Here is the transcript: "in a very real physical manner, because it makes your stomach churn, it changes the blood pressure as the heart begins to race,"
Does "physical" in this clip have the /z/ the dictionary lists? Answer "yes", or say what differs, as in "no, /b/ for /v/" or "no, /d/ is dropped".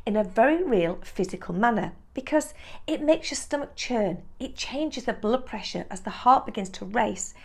yes